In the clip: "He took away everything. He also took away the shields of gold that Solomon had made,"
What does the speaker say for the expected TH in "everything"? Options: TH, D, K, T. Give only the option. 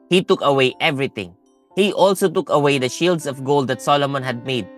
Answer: T